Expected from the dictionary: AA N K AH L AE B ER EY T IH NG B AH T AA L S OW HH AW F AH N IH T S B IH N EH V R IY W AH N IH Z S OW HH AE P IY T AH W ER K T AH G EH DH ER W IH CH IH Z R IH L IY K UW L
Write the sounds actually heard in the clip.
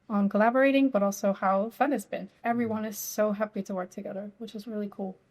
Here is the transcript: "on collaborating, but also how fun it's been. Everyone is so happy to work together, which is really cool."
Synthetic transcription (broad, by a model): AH N K AH L AE B ER EY T IH NG B AH T AA L S OW HH AW F AH N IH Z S B IH N EH V R IY W AH N IH Z S OW HH AE P IY T AH W ER K T AH G EH DH ER W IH CH IH Z R IH L IY K UW L